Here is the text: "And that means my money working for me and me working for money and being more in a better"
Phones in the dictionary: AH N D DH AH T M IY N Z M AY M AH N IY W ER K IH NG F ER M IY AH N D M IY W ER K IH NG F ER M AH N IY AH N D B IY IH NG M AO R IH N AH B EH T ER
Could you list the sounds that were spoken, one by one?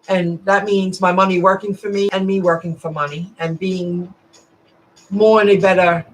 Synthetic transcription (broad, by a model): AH N DH AH T M IY N Z M AY M AH N IY W ER K IH NG F ER M IY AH N M IY W ER K IH NG F ER M AH N IY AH N B IY IH NG M AO R IH N AH B EH T ER